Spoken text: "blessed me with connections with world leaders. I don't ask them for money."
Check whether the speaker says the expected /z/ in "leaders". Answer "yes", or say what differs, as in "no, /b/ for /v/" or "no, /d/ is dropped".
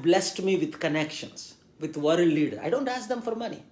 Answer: no, /z/ is dropped